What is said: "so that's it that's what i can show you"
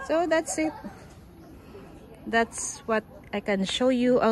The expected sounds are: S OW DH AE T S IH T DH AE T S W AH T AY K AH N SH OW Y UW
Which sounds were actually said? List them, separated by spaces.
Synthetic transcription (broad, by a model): S OW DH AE T S IH T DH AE T S W AH T AY K AH N SH OW Y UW